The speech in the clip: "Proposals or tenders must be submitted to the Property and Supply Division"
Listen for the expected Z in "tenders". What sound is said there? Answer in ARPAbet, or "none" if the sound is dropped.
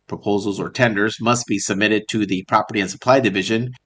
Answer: Z